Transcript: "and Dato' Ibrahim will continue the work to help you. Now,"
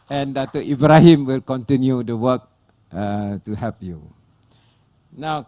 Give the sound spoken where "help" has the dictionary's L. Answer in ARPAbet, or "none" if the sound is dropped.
none